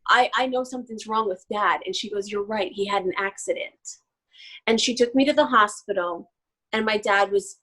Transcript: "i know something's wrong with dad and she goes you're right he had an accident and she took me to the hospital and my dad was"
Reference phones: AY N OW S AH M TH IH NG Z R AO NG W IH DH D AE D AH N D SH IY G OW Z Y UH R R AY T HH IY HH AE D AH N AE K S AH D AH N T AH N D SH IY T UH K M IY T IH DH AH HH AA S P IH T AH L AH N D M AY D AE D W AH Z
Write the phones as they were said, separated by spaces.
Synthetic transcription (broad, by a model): AY N OW S AH M TH IH NG Z R AO NG W IH DH D AE D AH N SH IY G OW Z Y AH R R AY T HH IY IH D N AE K S AH D AH N T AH N SH IY T UH K M IY T IH DH AH HH AA S P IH T L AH N M AY D AE D W AH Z